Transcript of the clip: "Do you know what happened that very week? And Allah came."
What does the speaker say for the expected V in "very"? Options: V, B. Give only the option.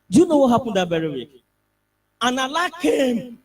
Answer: B